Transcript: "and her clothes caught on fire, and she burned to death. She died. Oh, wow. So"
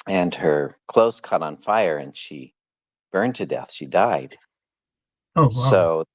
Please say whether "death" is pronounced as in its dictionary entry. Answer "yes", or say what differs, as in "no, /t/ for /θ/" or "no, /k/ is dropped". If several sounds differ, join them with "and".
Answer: yes